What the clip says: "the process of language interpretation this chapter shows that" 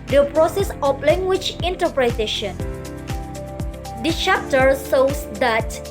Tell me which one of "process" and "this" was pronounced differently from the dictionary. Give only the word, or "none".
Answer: this